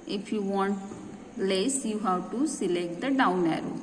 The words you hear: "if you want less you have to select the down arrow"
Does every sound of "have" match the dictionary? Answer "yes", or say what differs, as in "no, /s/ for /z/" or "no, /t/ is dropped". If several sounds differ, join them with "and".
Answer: no, /w/ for /v/